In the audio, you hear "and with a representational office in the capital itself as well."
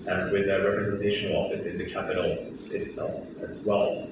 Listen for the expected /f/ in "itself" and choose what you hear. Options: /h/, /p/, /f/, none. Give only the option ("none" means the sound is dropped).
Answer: none